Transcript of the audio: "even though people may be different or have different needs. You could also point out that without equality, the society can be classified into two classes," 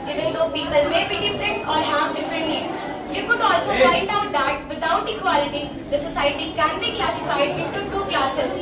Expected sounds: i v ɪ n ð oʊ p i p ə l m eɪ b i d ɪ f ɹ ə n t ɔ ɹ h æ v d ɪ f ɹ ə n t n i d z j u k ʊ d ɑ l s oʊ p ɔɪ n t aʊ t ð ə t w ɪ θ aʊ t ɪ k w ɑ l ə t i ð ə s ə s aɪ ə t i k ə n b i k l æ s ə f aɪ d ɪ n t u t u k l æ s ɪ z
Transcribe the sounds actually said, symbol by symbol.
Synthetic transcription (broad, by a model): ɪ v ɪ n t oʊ p i p ə l m eɪ b i d ɪ f ɹ ə n t ɔ ɹ h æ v d ɪ f ɹ ə n t l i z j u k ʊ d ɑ l s oʊ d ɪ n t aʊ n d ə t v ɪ t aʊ t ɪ k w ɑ l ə t i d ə s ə s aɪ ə t i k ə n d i k l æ s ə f aɪ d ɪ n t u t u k l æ s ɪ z